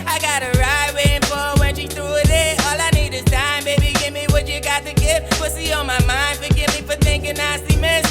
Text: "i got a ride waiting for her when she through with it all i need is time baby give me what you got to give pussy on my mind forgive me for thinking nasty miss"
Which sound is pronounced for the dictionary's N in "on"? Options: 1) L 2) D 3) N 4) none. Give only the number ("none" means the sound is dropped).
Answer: 1